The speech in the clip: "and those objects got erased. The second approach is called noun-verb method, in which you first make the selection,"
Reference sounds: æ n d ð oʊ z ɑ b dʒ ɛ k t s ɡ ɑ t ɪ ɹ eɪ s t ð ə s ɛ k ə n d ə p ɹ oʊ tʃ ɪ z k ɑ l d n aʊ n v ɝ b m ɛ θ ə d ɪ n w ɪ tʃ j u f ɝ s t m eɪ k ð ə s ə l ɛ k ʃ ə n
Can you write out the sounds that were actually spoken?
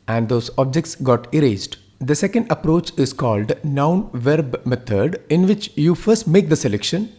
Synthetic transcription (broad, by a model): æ n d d oʊ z ɑ b dʒ ɛ k t s ɡ ɑ t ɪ ɹ eɪ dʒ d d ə s ɛ k ə n d ə p ɹ oʊ tʃ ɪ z k ɑ l d n aʊ n v ɝ b m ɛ t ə d ɪ n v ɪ tʃ j u f ɝ s t m eɪ k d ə s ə l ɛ k ʃ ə n